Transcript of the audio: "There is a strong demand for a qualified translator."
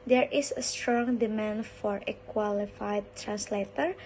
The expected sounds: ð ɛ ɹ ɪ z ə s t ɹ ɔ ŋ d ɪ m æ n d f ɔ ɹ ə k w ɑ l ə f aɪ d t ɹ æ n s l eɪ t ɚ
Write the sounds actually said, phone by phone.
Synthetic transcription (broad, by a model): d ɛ ɹ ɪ s ə s t ɹ ɔ ŋ d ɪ m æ n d f ɔ ɹ ə k w ɑ l ə f aɪ d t ɹ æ n s l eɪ t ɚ